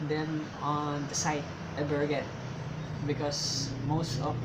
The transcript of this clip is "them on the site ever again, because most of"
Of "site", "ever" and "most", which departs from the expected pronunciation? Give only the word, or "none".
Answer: ever